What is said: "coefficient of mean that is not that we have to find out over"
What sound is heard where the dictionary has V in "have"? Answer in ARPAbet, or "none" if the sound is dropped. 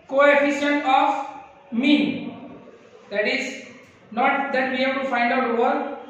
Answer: B